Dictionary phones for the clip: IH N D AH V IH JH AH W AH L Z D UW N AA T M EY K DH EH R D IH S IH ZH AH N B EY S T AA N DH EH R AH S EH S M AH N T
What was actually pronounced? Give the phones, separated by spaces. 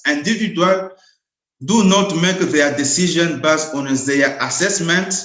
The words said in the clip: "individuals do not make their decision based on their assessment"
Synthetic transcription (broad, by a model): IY N D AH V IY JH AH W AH L D UW N AA T M EY K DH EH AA D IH S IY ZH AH N B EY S AA N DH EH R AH S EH S M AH N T